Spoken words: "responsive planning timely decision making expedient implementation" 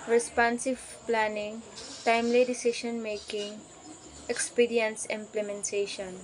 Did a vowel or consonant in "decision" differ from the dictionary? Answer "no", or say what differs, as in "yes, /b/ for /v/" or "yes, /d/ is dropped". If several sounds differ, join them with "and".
yes, /ʃ/ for /ʒ/